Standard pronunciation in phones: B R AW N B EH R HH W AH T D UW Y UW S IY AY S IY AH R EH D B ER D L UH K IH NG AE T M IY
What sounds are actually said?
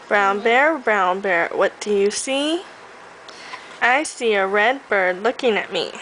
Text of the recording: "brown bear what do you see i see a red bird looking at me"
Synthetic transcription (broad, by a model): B R AW N B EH R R W AH T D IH Y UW S IY AY S IY AH R EH D B ER D L UH K IH NG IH T M IY